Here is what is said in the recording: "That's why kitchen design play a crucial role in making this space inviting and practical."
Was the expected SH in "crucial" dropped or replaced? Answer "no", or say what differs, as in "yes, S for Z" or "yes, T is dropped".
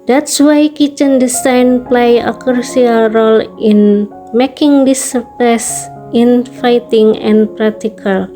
yes, SH is dropped